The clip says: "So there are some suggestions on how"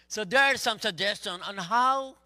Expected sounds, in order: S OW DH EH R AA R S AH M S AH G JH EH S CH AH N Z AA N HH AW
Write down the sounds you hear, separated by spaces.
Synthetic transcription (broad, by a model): S OW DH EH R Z S AH M S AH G JH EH S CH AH N AA N HH AW